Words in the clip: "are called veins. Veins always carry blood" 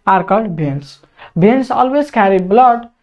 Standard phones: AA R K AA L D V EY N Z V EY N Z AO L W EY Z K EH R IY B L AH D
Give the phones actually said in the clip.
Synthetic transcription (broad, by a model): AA R K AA D B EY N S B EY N S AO L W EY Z K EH R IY B L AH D